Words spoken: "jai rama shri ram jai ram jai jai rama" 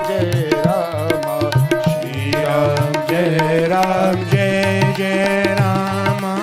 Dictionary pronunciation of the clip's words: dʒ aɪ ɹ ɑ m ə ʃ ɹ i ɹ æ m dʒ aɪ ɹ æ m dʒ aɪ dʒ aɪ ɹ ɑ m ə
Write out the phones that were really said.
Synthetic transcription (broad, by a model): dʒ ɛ ɹ ɑ m ə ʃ i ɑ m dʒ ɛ ɹ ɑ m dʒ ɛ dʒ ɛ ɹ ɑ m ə